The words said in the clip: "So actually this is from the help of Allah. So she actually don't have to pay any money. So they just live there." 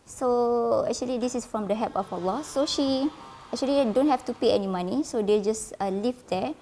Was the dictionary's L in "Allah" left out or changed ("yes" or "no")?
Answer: no